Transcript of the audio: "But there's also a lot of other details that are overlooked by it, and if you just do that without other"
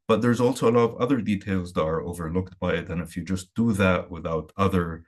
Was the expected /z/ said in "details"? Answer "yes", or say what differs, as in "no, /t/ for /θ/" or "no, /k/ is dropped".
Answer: yes